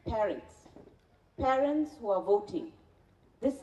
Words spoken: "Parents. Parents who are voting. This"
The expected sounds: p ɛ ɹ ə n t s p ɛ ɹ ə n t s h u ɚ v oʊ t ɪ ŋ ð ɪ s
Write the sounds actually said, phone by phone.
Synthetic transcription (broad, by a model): p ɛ ɹ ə n t s p ɛ ɹ ə n t s h u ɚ v oʊ t ɪ ŋ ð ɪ s